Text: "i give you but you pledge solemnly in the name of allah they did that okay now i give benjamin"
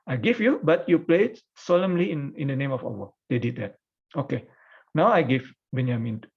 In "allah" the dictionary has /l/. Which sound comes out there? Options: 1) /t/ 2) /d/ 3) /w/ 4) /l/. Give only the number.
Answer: 3